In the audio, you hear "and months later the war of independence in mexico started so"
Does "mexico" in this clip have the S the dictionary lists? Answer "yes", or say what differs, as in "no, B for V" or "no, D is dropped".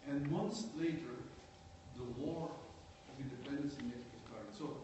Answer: no, S is dropped